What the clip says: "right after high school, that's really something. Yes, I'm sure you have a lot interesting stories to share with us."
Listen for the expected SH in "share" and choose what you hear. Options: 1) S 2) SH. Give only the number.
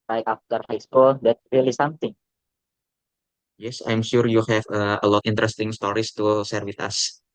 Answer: 1